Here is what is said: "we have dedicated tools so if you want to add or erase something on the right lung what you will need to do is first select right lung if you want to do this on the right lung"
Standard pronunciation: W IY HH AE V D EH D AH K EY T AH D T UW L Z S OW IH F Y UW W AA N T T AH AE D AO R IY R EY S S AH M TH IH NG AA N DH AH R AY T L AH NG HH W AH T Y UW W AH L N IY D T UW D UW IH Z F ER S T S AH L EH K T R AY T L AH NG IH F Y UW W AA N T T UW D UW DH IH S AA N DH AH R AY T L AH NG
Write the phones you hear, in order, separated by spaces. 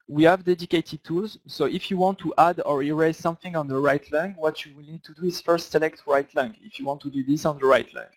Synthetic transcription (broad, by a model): W IY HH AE V D EH D AH K EY T AH D T UW L Z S OW IH F Y UW W AA N T T AH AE D AO R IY R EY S S AH M TH IH NG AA N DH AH R AY T L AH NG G W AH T Y UW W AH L N IY D T UW D UW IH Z F ER S T S AH L EH K T R AY T L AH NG IH F Y UW W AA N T T UW D UW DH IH S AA N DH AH R AY T L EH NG